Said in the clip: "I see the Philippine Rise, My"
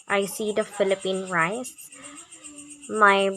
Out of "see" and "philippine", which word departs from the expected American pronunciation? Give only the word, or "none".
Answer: none